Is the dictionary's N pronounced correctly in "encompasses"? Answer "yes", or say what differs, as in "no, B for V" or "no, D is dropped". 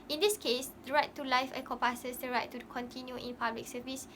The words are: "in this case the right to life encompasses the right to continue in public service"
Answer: no, N is dropped